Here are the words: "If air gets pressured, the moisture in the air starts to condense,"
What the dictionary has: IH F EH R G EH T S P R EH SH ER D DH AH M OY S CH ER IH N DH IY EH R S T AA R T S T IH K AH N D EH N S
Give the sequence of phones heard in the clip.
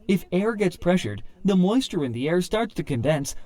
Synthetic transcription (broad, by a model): IH F EH R G EH T S P R EH SH ER D DH AH M OY S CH ER IH N DH IY EH R S T AA R T S T IH K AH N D EH N S